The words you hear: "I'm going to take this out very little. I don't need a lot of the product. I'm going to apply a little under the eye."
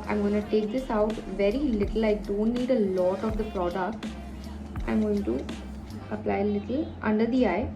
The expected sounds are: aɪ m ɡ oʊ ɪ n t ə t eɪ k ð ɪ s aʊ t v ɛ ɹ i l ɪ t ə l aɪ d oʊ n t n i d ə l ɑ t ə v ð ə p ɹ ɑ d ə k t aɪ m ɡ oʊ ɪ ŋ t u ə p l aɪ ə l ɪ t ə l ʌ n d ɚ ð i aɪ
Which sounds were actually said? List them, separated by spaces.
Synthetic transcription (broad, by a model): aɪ m ɡ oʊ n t t eɪ k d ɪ s aʊ t v ɛ ɹ i l ɪ t ə l aɪ d oʊ n t n i d ə l ɑ t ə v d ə p ɹ ɑ d ə k t aɪ m ɡ oʊ ɪ ŋ t u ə p l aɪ ə l ɪ t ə l ʌ n d ɚ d i aɪ